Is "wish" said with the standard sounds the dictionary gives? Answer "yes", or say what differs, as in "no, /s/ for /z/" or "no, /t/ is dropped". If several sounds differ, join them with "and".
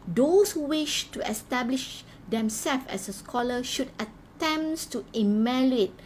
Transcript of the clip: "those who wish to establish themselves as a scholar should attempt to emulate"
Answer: yes